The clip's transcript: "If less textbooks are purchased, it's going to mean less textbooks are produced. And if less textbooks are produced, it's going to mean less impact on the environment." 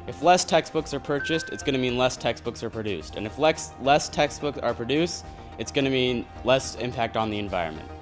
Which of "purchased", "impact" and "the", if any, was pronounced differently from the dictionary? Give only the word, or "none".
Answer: none